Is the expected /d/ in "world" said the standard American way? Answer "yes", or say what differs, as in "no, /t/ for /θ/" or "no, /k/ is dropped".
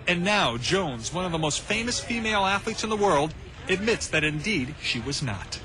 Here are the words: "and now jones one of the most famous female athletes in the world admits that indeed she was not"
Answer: yes